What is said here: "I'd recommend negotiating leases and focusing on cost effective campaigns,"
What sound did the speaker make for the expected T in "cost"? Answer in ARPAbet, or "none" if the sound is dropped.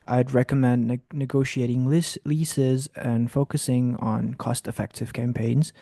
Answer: T